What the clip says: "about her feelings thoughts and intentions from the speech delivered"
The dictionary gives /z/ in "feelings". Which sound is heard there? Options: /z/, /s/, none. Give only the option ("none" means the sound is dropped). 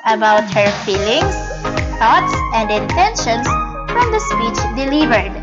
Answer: /s/